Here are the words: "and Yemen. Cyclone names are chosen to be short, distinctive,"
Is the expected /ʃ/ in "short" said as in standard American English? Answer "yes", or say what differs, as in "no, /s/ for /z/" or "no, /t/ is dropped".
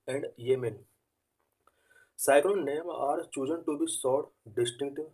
no, /s/ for /ʃ/